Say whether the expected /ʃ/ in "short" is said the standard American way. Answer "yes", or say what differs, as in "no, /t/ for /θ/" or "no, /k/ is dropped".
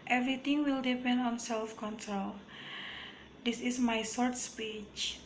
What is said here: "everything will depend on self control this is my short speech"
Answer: no, /s/ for /ʃ/